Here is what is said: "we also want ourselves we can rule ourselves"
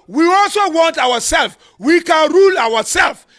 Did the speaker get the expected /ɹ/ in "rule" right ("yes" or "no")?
yes